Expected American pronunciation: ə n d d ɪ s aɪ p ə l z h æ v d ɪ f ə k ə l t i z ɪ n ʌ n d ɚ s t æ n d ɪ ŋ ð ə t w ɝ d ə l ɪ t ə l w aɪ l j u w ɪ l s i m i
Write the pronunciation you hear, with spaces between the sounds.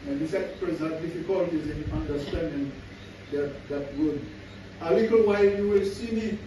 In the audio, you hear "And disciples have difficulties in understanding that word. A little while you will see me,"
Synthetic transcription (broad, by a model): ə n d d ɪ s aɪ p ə z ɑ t d ɪ f ə k ə l t i z ɪ n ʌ n d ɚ s t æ n d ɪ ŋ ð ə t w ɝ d ə l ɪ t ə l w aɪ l j u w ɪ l s i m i